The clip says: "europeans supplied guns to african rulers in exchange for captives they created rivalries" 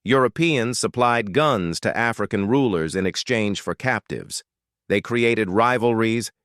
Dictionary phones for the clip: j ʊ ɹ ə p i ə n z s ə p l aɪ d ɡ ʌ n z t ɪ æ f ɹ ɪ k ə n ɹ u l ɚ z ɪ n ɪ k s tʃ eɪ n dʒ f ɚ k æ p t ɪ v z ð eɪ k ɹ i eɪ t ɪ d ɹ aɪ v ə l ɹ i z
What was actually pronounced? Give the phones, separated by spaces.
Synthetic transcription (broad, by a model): j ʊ ɹ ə p i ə n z s ə p l aɪ d ɡ ʌ n z t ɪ æ f ɹ ɪ k ə n ɹ u l ɚ z ɪ n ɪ k s tʃ eɪ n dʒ f ɚ k æ p t ɪ v z ð eɪ k ɹ i eɪ t ɪ d ɹ aɪ v l ɹ i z